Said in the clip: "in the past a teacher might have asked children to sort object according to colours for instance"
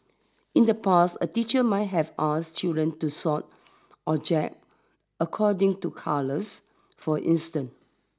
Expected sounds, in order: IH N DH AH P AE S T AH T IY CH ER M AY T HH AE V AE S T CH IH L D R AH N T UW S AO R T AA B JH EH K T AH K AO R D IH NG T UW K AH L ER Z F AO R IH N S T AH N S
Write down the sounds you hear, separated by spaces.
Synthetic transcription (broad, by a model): IH N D AH P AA S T AH T IY CH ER M AY T HH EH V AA S CH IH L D R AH N T UW S AO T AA JH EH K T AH K AO D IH NG T UW K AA L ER S F AO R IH N S T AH N